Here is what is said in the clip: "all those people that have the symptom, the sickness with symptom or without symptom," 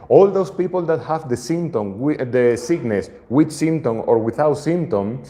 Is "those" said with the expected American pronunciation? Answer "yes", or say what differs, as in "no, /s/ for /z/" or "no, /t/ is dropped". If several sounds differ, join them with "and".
no, /s/ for /z/